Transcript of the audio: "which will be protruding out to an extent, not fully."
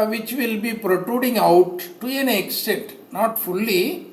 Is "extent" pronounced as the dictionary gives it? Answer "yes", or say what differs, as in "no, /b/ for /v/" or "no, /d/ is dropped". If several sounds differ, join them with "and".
no, /n/ is dropped